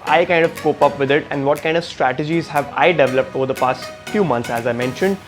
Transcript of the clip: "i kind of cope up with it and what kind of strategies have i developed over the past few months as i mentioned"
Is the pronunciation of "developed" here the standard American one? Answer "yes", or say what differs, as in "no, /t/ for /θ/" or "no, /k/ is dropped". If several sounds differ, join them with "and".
yes